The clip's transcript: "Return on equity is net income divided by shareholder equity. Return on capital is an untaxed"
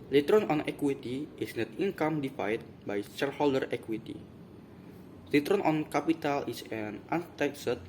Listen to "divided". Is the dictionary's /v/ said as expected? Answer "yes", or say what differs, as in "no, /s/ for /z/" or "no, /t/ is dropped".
no, /f/ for /v/